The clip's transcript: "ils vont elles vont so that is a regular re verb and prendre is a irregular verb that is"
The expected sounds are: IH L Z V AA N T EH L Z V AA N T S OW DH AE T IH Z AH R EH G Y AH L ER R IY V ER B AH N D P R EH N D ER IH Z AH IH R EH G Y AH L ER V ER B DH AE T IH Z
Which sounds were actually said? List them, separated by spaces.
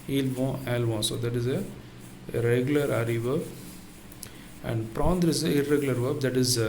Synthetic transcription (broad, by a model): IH L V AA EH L V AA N S OW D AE T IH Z AH R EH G Y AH L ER R IY V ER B AH N D P R EH N D ER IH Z AH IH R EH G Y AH L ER V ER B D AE T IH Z